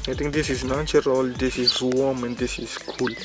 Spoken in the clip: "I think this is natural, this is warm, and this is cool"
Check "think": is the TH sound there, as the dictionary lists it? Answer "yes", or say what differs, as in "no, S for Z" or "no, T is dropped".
no, T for TH